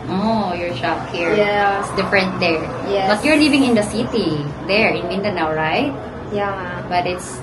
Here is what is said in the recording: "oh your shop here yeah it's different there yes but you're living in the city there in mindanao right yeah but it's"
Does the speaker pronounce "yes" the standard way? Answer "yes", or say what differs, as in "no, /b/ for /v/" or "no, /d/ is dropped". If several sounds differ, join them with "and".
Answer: no, /s/ is dropped